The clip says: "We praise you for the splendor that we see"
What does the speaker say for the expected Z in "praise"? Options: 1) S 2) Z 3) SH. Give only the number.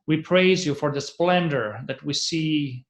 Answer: 2